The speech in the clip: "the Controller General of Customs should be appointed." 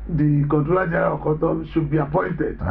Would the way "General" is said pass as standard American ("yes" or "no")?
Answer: no